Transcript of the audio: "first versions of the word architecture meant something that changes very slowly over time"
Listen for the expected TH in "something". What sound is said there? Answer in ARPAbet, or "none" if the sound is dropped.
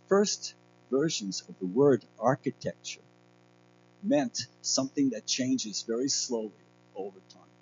TH